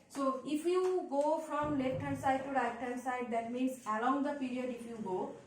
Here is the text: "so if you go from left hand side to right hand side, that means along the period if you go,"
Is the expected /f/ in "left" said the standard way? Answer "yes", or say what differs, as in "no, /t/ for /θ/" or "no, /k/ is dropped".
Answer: no, /f/ is dropped